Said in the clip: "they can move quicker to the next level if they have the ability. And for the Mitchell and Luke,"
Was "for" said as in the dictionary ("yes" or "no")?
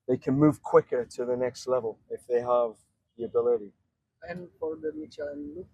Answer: no